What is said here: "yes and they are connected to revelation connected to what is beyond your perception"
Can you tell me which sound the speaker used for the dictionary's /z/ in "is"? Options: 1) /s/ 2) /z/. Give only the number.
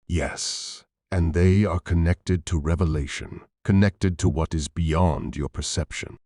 2